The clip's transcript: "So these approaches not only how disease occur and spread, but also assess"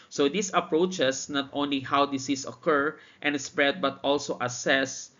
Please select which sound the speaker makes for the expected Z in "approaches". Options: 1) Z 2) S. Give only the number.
2